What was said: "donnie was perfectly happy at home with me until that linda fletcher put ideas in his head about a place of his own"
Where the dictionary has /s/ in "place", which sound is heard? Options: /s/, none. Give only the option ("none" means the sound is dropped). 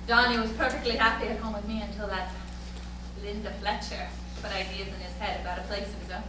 none